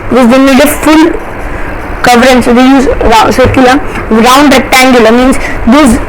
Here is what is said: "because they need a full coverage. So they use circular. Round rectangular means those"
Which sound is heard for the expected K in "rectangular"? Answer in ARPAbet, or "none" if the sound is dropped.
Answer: none